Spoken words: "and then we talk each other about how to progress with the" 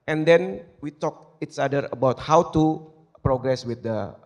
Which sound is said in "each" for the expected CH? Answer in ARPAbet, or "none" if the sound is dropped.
S